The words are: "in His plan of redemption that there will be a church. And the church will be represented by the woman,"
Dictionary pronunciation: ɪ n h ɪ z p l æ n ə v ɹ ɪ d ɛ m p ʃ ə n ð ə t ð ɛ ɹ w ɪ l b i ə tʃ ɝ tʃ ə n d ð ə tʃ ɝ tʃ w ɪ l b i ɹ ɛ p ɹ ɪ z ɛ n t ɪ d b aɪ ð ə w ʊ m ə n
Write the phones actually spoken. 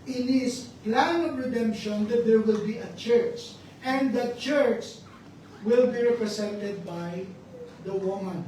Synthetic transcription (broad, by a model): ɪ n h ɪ s p l æ n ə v ɹ ɪ d ɛ m p ʃ ə n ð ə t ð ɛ ɹ w ɪ l b i ə tʃ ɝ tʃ ə n d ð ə tʃ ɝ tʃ w ɪ l b i ɹ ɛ p ɹ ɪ s ɛ n t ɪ d b aɪ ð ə w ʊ m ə n